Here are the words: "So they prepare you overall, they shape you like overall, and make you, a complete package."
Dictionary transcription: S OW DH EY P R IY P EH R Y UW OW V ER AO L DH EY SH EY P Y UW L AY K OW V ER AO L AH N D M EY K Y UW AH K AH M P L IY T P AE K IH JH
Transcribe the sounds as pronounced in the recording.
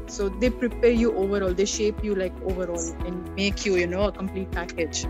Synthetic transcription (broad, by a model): S OW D EY P R IY P EH R Y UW OW V ER AO L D EY SH EY P Y UW L AY K OW V ER AO L AH N D M EY K Y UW AH K AH M P L IY T P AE K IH JH